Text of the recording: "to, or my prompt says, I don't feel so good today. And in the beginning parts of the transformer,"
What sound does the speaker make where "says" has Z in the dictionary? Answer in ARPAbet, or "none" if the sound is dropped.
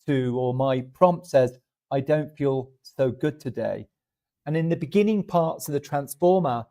Z